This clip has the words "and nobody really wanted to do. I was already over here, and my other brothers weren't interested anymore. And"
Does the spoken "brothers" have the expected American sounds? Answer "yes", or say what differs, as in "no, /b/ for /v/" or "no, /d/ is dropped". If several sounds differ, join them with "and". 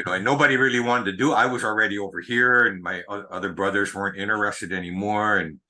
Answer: yes